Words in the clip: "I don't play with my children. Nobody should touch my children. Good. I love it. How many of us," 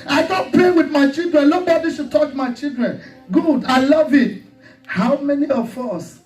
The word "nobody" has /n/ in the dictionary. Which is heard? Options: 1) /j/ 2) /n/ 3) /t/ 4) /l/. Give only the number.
4